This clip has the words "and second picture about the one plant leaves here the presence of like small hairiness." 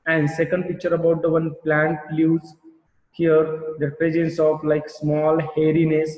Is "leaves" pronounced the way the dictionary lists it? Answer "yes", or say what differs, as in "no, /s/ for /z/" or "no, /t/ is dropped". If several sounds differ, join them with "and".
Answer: no, /v/ is dropped